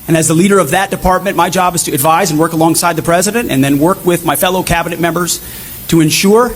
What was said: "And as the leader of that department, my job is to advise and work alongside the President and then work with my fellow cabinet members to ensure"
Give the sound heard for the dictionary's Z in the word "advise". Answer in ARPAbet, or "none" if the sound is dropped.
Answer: Z